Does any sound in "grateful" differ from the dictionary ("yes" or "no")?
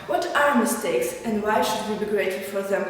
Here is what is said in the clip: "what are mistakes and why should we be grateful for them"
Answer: yes